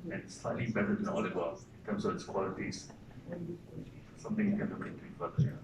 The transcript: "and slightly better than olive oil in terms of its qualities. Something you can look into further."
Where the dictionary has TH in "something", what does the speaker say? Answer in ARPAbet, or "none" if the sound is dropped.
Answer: T